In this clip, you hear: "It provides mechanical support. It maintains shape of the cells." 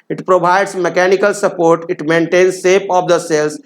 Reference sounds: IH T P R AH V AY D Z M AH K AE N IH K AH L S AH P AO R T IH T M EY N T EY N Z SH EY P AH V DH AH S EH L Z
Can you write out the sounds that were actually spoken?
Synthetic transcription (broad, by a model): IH T P R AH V AY D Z M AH K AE N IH K AH L S AH P AO R T IH T M EY N T EY N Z S EY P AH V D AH S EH L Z